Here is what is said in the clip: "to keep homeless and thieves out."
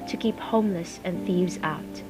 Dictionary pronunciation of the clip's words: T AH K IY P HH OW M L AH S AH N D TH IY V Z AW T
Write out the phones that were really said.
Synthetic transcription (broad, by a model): T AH K IY P HH OW M L AH S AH N TH IY V Z AW T